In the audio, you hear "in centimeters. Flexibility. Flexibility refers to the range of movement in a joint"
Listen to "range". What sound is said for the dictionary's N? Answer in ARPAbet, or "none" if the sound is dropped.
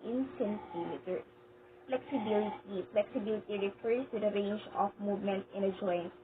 N